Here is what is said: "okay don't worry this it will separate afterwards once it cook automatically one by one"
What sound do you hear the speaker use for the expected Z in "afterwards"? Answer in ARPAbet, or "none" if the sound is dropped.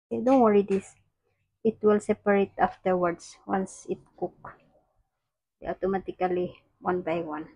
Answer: S